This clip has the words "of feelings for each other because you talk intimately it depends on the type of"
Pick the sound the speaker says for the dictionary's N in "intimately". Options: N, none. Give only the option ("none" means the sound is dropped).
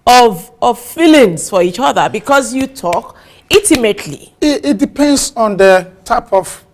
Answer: none